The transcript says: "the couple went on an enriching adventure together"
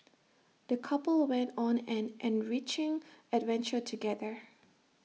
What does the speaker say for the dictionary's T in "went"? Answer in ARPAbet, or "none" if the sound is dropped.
T